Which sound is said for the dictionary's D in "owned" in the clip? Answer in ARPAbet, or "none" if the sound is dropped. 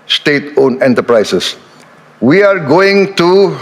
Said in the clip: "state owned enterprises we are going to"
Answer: none